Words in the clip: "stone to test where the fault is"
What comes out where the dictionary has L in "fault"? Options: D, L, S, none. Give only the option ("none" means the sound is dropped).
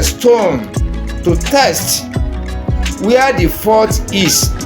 none